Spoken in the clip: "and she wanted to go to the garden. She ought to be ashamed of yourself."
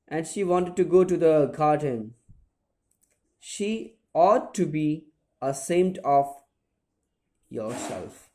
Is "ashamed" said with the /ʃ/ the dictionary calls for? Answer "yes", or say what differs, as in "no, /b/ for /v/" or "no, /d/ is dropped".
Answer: no, /s/ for /ʃ/